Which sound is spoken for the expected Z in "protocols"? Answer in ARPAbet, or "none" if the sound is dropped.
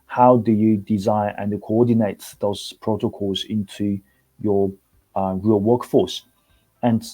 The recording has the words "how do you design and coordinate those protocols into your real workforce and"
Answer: Z